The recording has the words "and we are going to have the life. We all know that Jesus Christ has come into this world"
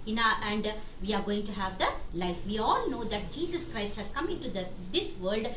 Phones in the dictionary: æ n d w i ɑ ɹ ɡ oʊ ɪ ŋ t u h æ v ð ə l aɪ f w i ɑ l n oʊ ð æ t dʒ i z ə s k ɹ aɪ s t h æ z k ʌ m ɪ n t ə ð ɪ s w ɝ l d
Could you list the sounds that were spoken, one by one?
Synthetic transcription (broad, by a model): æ n d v i ɑ ɹ ɡ oʊ ɪ ŋ t u h æ v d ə l aɪ f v i ɑ l n oʊ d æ t dʒ i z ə s k ɹ aɪ s t h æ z k ʌ m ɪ n t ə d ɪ s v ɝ l d